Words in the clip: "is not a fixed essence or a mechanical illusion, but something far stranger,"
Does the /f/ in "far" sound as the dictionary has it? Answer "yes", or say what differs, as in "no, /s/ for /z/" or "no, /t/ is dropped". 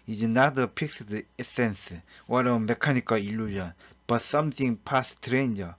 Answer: no, /p/ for /f/